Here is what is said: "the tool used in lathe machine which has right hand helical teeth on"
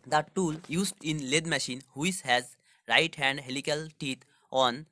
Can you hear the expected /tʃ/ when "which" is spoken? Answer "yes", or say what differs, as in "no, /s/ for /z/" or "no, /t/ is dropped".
no, /s/ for /tʃ/